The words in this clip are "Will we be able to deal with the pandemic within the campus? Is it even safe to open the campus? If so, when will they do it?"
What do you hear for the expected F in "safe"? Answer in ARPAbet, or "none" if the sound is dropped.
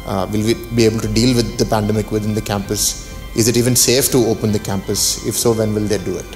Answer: F